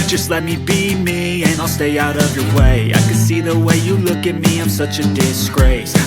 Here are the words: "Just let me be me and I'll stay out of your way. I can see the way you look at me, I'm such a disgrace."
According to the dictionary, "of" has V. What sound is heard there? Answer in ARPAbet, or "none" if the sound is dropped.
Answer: V